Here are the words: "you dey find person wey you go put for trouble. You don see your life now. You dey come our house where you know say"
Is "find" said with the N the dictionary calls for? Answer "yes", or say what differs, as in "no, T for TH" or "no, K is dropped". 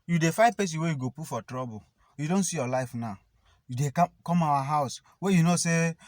no, N is dropped